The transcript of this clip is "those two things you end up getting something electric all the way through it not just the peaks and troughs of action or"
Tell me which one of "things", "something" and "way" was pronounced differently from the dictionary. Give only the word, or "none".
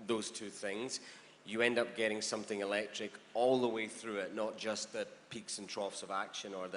none